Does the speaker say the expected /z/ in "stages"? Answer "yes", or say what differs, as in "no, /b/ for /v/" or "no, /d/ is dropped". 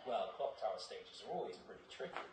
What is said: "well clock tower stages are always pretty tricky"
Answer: yes